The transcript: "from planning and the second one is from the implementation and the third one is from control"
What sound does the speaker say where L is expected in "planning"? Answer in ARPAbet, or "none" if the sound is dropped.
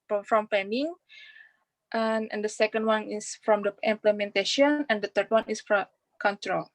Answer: none